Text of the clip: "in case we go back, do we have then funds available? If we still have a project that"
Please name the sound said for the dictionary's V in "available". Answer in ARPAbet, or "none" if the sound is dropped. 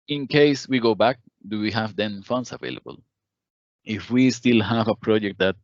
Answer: V